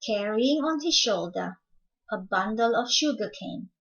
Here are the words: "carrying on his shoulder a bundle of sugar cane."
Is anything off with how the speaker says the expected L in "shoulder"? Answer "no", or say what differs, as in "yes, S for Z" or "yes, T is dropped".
no